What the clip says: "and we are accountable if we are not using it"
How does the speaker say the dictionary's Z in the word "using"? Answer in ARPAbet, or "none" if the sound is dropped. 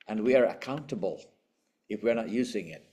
Z